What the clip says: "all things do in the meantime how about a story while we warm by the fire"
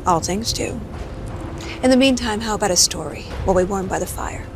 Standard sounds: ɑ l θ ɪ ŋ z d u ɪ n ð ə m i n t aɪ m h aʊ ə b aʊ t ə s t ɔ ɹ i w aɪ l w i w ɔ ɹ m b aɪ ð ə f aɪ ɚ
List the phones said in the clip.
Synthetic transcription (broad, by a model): ɑ l θ ɪ ŋ z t u ɪ n ð ə m i n t aɪ m h aʊ ə b aʊ t ə s t ɔ ɹ i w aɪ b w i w ɔ ɹ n b aɪ ð ə f aɪ ɚ